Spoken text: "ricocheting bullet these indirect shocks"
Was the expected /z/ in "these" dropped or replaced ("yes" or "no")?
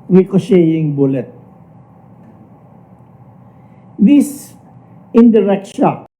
yes